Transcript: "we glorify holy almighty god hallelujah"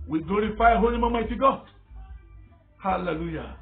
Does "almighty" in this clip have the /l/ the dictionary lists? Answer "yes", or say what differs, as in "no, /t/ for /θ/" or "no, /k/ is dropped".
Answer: no, /l/ is dropped